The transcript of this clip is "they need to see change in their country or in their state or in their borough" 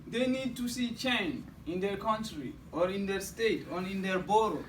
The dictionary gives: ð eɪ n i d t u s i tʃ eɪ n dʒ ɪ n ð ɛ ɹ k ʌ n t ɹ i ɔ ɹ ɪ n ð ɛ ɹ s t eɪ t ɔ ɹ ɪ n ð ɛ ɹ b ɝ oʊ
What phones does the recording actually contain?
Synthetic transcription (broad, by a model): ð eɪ n i d t u s i tʃ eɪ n ɪ n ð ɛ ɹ k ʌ n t ɹ i ɔ ɹ ɪ n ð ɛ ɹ s t eɪ t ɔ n ɪ n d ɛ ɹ b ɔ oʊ